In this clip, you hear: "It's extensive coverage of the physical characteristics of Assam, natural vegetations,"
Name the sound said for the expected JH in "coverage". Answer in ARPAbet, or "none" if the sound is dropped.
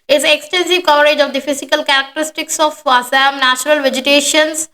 JH